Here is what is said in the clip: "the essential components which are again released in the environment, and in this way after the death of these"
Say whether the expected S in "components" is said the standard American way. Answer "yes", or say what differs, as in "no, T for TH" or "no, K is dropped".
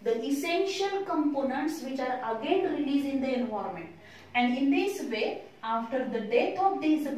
yes